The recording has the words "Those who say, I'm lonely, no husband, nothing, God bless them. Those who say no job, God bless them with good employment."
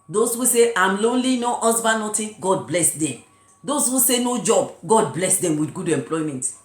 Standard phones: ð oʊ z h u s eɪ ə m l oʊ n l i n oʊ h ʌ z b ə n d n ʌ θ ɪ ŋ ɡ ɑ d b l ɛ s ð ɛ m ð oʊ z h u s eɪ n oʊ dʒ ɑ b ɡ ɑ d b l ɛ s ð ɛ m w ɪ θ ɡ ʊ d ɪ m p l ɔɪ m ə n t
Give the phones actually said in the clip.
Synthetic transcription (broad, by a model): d oʊ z h u s eɪ ə m l oʊ n l i n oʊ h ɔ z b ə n n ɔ t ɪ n ɡ ɑ d b l ɛ s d ɛ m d oʊ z h u s eɪ n oʊ dʒ ɑ b ɡ ɑ d b l ɛ s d ɛ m w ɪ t ɡ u d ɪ m p l ɔɪ m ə n t